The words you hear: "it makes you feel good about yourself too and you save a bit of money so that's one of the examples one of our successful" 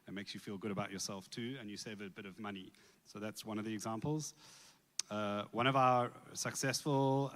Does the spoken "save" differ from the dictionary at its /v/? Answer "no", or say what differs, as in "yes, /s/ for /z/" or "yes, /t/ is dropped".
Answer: no